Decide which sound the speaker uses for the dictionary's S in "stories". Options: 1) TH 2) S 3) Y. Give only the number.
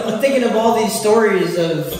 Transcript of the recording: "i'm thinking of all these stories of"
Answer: 2